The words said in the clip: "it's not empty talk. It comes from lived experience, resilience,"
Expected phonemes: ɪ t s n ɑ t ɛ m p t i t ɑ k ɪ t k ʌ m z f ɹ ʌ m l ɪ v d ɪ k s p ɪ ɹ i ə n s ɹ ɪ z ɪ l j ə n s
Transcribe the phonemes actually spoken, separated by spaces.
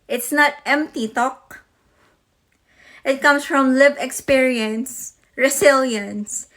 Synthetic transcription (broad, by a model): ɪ t s n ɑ t ɛ m p t i t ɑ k ɪ t k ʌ m s f ɹ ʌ m l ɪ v ɪ k s p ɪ ɹ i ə n s ɹ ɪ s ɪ l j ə n s